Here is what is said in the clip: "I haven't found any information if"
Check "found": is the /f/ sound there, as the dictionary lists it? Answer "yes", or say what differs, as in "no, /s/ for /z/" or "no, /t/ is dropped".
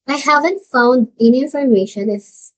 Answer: yes